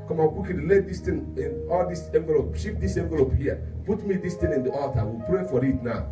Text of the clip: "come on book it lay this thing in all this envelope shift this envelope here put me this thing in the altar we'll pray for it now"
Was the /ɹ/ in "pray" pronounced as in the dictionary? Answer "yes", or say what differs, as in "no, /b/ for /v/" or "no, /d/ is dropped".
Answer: yes